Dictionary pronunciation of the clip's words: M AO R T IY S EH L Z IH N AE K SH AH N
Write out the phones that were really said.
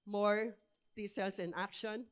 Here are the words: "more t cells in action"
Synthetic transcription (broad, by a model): M AO R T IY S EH L S IH N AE K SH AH N